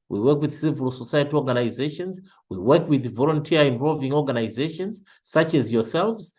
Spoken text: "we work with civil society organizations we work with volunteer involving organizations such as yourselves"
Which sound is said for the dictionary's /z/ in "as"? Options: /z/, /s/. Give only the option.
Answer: /z/